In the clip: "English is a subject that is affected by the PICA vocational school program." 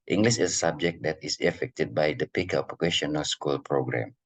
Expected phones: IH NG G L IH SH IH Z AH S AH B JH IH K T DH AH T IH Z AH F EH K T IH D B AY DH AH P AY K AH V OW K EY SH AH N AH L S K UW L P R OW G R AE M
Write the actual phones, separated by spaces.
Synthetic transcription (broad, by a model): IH NG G L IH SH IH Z AH S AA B JH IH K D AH T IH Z AH F EH K T IH D B AY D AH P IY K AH P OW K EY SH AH N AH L S K UW L P R OW G R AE M